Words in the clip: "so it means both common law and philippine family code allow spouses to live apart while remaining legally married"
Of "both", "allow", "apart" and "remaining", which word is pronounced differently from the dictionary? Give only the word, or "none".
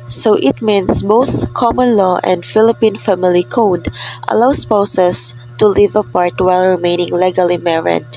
none